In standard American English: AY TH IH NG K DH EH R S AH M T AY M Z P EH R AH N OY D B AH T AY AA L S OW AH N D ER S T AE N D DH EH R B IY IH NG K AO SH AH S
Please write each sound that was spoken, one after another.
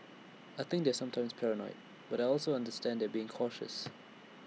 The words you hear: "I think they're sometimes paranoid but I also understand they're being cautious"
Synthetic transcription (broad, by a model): AY TH IH NG K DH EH S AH M T AY M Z P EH R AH N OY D B AH T AY AA L S OW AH N D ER S T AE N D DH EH B IY IH NG K AO SH AH S